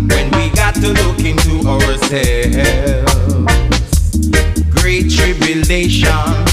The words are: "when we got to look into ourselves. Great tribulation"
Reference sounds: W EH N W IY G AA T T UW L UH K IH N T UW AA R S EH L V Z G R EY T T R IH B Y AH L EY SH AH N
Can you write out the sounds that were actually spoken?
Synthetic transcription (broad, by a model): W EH N W IY G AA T T UW L UH K IH N T UW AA R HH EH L Z G R EY T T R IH B Y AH L EY SH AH N